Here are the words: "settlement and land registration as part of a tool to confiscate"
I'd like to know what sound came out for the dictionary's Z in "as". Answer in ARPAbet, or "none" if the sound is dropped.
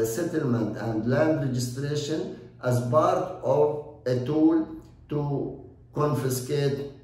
Z